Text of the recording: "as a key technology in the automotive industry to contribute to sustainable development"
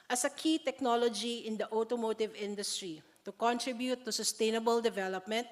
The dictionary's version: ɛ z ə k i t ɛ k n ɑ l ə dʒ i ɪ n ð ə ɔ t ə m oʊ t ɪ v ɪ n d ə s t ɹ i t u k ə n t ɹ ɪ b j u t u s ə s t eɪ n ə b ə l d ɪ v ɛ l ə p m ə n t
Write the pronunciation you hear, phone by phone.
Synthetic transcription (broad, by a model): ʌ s ə k i t ɛ k n ɑ l ə dʒ i ɪ n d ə ɔ t ə m oʊ t ɪ v ɪ n d ə s t ɹ i t u k ə n t ɹ ɪ b j u t u s ə s t eɪ n ə b ə l d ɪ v ɛ l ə p m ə n t